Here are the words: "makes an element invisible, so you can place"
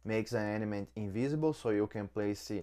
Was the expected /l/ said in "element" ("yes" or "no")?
no